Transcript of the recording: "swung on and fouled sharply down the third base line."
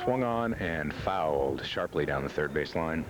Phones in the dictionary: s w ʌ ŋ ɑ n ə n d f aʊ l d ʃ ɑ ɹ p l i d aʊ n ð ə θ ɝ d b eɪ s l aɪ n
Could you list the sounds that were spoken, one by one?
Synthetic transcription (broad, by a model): w ʌ ŋ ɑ n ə n f aʊ l d ʃ ɑ ɹ p l i d aʊ n ð ə θ ɝ d b eɪ s l aɪ n